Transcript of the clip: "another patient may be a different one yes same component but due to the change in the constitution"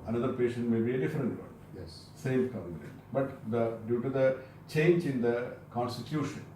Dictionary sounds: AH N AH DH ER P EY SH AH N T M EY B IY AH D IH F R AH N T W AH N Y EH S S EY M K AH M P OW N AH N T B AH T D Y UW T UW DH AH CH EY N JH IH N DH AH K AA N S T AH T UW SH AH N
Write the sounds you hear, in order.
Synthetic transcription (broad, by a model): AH N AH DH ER P EY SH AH N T M EY B IY AH D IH F R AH N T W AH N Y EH S S EY M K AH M OW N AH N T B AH T D Y UW T UW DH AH CH EY N JH IH N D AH K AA N S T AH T UW SH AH N